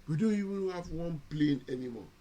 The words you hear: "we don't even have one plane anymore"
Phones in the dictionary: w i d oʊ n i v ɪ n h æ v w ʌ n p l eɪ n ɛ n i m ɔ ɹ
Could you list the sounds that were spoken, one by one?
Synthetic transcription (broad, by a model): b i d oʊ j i w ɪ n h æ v w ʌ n p l eɪ n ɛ n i m ɔ